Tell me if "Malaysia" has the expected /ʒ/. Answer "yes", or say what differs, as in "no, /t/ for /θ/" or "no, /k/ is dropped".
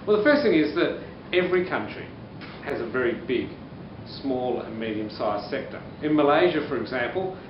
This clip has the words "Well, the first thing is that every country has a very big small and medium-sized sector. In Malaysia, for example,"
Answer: yes